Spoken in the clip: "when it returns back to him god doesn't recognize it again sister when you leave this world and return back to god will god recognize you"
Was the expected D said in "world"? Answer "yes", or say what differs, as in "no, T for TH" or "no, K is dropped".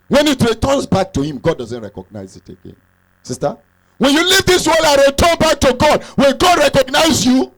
no, D is dropped